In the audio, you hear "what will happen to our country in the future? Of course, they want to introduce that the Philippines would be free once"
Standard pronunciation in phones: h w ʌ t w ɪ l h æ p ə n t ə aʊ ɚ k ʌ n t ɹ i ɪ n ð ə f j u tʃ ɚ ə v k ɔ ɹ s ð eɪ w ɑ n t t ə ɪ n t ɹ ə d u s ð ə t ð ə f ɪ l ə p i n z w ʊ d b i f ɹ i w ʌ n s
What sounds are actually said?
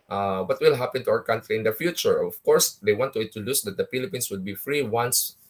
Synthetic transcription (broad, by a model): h w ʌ t w ɪ l h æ p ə n t ə aʊ ɚ k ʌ n t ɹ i ɪ n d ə f j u tʃ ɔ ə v k ɔ ɹ s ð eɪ w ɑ n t t ə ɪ t ə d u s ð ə t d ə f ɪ l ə p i n s w ʊ d b i f ɹ i w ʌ n s